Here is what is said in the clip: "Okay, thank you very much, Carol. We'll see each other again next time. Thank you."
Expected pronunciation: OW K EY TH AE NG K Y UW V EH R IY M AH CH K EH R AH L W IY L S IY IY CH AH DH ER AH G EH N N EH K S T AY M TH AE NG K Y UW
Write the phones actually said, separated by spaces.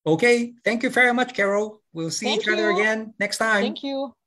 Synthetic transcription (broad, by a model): OW K EY TH AE NG K Y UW V EH R IY M AH CH K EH R L W IY L S IY IY CH AH DH ER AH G EH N N EH K S T AY M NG K Y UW